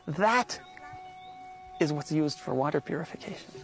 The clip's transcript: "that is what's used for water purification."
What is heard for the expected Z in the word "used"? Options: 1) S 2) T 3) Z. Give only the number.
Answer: 3